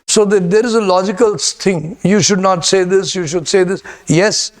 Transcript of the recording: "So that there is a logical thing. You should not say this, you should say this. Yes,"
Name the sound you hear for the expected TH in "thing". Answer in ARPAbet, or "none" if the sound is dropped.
S